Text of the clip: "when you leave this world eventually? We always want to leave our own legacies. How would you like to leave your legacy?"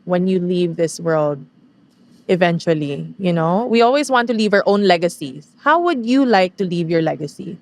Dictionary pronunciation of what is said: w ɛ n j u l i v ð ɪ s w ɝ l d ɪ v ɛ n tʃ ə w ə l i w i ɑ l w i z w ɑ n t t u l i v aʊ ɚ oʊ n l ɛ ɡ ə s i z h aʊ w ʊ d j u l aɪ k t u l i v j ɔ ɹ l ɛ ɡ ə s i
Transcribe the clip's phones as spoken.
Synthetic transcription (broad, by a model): w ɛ n j u l i v ð ɪ s w ɝ l d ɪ v ɛ n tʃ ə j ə n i w i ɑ l w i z w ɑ n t t u l i v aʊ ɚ oʊ n l ɛ ɡ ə s i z h aʊ w ʊ d j u l aɪ k t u l i v j ɔ ɹ l ɛ ɡ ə s i